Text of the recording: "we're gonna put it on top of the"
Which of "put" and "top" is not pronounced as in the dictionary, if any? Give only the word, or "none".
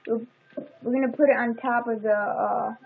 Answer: none